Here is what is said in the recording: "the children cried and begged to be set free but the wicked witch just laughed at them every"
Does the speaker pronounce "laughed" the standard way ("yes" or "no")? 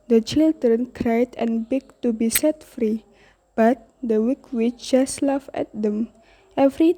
no